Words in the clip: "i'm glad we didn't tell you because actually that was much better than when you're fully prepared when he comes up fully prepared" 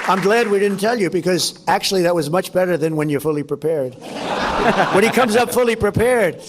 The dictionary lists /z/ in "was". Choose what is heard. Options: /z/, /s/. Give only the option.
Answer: /z/